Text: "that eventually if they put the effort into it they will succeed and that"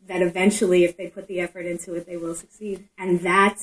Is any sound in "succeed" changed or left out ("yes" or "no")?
no